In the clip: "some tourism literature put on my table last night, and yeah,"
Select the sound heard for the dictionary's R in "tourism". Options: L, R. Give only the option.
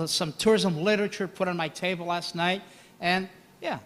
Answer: R